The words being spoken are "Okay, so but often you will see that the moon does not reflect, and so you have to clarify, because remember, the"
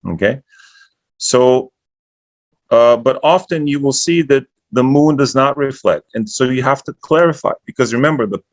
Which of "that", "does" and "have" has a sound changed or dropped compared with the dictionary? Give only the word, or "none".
have